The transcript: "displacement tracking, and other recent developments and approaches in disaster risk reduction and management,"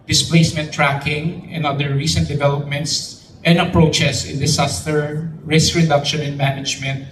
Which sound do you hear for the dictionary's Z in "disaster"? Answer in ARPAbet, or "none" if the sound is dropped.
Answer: S